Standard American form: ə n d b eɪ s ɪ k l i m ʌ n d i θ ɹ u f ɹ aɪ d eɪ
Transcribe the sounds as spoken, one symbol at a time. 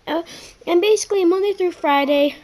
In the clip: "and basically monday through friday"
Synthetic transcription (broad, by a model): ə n b eɪ s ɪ k l i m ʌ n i θ ɹ u f ɹ aɪ d eɪ